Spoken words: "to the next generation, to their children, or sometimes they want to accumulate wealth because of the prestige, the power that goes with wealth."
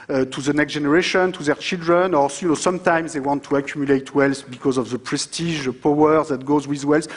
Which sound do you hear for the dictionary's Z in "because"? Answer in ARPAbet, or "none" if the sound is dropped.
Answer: Z